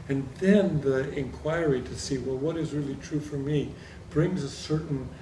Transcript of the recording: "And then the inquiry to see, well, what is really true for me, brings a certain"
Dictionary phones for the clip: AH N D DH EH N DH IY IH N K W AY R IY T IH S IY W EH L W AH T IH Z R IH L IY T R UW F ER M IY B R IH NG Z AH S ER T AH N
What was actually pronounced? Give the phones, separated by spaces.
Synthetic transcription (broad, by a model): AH N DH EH N DH IY IH N K W AY R IY T IH S IY W EH L W AH T IH Z R IH L IY T R UW F ER M IY B R IH NG Z AH S ER T N